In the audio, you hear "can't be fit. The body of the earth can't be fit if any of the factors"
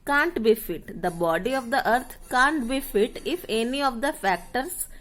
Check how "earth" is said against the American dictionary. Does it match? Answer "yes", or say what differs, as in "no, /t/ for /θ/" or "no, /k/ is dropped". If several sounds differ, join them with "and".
no, /t/ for /θ/